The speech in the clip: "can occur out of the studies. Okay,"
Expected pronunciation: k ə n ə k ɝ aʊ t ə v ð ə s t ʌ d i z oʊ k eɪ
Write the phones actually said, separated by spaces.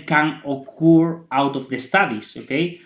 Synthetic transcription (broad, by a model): k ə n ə k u aʊ t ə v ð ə s t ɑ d i s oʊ k eɪ